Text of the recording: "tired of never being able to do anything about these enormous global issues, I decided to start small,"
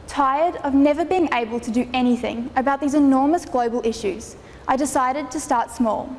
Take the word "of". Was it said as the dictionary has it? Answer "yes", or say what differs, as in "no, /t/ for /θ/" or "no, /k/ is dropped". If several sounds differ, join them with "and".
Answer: yes